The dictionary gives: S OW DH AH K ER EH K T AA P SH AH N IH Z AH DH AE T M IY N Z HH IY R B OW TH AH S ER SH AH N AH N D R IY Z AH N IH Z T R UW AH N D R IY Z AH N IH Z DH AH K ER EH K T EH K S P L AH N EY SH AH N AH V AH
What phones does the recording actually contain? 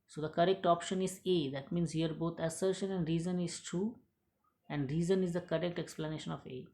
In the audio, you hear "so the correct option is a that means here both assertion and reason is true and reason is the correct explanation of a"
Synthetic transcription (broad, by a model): S OW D AH K ER EH K T AA P SH AH N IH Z AH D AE T M IY N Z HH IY R B OW T AH S ER SH AH N AH N D R IY Z AH N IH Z T R UW AH N D R IY Z AH N IH Z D AH K ER EH K T EH K S P L AH N EY SH AH N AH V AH